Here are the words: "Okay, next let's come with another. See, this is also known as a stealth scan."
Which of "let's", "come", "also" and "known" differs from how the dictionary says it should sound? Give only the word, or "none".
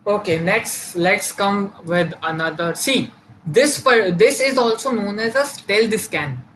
none